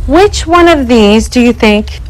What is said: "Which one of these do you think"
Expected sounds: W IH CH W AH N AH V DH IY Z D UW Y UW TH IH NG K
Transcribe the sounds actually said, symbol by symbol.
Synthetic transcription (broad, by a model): W IH CH W AH N AH V DH IY Z D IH Y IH TH IH NG K